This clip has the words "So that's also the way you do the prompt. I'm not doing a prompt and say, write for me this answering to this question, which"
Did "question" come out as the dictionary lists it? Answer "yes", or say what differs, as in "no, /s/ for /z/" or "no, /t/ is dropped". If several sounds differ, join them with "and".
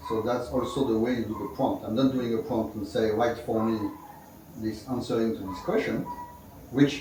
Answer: yes